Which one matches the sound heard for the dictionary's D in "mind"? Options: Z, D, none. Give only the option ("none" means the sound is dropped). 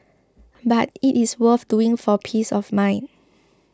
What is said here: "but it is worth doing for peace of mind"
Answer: none